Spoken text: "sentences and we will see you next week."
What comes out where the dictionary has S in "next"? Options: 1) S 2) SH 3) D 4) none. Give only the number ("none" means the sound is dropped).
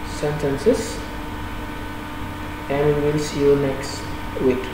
1